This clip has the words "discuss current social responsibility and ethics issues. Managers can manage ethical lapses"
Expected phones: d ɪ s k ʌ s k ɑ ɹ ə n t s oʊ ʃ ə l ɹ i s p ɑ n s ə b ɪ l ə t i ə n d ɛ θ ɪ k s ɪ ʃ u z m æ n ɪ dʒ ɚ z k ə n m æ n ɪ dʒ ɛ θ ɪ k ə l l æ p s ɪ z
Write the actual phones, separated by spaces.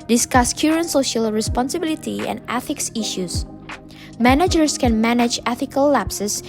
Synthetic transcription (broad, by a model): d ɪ s k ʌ s k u ɹ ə n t s oʊ ʃ ə l ɹ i s p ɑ n s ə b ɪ l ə t i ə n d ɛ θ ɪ k s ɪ ʃ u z m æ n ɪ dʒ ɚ s k ə n m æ n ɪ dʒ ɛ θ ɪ k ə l l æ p s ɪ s